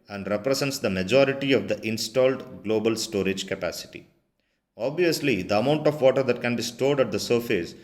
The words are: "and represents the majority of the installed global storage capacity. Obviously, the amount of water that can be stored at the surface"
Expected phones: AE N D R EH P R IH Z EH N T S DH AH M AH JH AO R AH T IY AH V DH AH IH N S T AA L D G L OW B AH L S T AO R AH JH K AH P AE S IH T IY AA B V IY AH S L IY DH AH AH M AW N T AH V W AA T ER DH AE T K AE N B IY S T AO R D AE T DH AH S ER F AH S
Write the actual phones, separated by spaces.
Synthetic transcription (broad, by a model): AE N D R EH P R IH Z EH N T S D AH M AH JH AO R AH T IY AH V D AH IH N S T AA L D G L OW B AH L S T AO R AH JH K AH P AE S IH T IY AA B V IY AH S L IY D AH AH M AW N T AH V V AA T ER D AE T K AE N B IY S T AO R D AE T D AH S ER F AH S